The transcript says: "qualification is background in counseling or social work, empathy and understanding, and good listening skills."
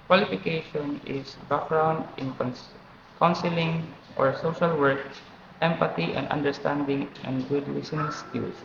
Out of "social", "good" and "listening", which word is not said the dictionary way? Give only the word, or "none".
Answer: listening